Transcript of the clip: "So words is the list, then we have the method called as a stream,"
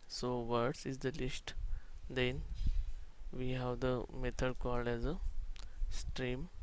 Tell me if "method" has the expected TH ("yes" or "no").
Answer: no